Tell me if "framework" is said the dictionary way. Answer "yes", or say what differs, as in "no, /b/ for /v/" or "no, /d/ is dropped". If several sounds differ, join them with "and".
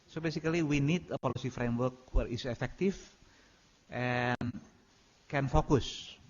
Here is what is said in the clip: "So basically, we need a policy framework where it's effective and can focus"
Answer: yes